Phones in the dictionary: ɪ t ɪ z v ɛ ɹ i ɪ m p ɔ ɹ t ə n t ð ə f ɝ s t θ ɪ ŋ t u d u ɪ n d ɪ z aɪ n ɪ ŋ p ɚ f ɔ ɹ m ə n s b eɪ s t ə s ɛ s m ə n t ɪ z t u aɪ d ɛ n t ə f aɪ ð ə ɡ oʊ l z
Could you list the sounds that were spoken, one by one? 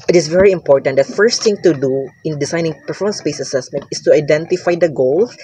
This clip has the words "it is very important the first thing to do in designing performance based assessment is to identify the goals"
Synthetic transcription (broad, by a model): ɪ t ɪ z v ɛ ɹ i ɪ m p ɔ ɹ t ə n t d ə f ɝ s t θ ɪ ŋ t u d u ɪ n d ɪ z aɪ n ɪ ŋ p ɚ f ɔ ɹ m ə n s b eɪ s ə s ɛ s m ə n t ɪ s t u aɪ d ɛ n t ə f aɪ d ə ɡ oʊ l